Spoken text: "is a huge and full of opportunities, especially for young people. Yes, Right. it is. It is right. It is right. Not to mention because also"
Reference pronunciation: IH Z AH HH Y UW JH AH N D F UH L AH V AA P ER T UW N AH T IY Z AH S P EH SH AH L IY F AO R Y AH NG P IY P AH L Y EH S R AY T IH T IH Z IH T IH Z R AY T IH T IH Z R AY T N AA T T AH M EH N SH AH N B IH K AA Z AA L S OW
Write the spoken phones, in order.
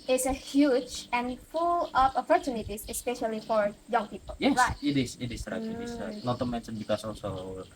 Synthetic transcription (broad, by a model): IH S AH HH Y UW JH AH N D F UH L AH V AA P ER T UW N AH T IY S AH S P EH SH AH L IY F AO R Y AH NG P IY P AH L Y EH R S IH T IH S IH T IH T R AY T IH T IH S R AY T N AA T T AH M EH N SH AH N B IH K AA S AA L S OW